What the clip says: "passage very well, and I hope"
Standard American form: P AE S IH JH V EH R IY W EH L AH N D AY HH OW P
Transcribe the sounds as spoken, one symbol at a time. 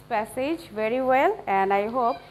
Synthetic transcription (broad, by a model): P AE S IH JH V EH R IY W EH L AH N D AY HH OW P